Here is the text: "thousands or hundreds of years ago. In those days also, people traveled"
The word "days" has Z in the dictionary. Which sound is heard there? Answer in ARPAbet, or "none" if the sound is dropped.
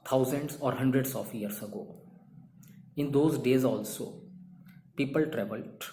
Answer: Z